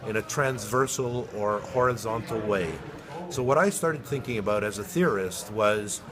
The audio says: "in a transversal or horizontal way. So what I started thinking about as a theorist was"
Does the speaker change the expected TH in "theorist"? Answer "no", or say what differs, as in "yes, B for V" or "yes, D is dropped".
no